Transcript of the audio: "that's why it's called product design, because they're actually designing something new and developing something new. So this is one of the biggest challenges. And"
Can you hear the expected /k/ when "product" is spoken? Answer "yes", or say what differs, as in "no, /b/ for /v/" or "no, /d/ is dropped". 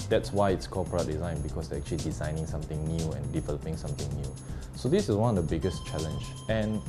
no, /k/ is dropped